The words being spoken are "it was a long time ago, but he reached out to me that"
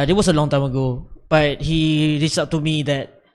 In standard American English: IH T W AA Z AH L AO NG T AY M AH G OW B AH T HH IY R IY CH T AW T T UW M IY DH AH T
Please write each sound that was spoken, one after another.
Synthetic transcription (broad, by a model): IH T W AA S AH L AO NG T AY M AH G OW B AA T HH IY R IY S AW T T UW M IY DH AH T